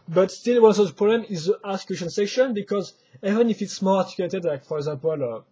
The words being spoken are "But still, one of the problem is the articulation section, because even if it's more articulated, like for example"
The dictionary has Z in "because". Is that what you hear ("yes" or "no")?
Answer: yes